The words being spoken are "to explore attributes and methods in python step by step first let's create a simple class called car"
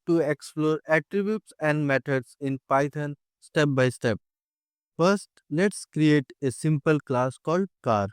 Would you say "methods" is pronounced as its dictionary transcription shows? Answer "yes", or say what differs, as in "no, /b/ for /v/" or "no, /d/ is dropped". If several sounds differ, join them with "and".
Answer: no, /t/ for /θ/